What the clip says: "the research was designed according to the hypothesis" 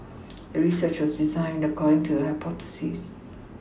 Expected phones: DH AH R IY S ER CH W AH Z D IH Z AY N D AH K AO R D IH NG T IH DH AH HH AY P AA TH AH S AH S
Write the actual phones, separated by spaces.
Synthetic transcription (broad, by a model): DH AH R IY S ER CH W AH Z D IH Z AY N D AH K AO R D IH NG T IH DH AH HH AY P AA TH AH S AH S